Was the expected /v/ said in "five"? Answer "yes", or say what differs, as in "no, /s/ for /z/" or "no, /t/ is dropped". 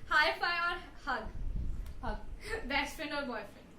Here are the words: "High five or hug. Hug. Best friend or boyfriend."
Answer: no, /v/ is dropped